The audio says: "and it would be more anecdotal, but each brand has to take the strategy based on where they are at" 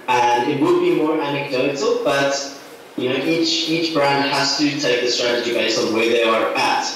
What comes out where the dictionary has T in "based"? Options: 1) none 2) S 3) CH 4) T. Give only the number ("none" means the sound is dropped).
1